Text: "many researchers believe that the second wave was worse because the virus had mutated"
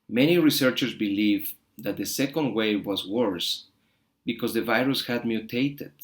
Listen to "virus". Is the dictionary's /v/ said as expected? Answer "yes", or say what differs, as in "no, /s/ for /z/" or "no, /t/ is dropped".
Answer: yes